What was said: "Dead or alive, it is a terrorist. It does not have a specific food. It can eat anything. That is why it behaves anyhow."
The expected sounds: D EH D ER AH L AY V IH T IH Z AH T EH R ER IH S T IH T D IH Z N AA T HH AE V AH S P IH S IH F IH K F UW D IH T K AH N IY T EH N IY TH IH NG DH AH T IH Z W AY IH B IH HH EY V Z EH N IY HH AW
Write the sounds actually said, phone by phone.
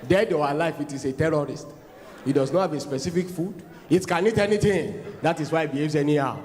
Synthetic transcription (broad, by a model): D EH D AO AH L AY F IH T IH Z AH T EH R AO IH S T IH T D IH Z N AA T HH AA V AH S P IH S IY F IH K F UW D IH T K AH N IY T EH N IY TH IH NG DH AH T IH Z W AY IH B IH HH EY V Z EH N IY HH AW